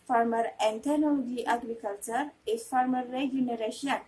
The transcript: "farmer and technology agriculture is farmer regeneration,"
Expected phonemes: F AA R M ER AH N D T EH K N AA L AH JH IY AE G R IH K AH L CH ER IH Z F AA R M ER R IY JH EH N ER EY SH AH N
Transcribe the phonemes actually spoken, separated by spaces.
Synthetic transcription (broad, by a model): F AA R M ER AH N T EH N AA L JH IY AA G R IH K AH L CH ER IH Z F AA R M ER R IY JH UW N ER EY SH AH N